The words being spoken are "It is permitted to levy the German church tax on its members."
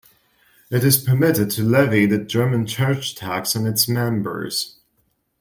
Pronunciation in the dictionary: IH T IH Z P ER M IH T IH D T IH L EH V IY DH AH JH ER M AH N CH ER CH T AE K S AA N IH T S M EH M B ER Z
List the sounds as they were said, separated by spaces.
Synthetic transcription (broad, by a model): IH T IH Z P ER M IH T IH D T IH L EH V IY DH AH JH ER M AH N CH ER CH T AE K S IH N IH T S M EH M B ER Z